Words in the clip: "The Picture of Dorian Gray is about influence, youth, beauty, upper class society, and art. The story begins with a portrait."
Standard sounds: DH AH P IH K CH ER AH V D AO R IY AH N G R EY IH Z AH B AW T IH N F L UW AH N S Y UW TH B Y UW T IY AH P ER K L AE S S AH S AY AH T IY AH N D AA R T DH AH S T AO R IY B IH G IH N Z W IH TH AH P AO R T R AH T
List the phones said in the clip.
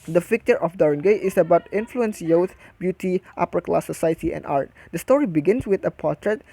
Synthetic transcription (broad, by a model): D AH F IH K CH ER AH F D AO R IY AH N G EY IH S AH B AW T IH N F L UW AH N S Y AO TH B Y UW T IY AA P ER K L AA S S AH S AY AH T IY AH N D AA R T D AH S T AO R IY B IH G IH N S W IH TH AH P AO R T R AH T